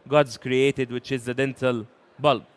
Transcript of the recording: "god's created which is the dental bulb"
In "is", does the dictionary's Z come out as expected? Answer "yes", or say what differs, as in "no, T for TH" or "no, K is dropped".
yes